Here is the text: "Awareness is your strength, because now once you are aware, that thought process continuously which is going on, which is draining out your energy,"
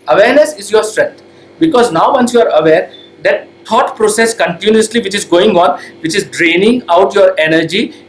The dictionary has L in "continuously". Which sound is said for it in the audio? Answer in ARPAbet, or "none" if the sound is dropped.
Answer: L